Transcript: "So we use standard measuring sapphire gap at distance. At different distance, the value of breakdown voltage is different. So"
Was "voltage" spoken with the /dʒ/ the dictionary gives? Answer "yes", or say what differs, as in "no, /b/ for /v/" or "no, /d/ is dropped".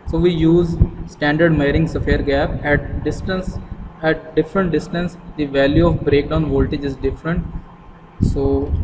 yes